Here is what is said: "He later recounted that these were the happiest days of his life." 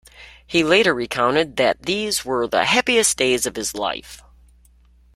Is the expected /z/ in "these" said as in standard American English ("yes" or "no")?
yes